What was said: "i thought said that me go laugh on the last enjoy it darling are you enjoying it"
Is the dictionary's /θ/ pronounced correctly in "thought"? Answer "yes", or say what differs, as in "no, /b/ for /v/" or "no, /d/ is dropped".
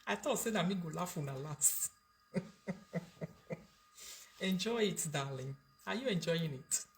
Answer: no, /t/ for /θ/